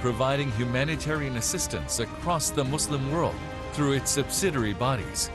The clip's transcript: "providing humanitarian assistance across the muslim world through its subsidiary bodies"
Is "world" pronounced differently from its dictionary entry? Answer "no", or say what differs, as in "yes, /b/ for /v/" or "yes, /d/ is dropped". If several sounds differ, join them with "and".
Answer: no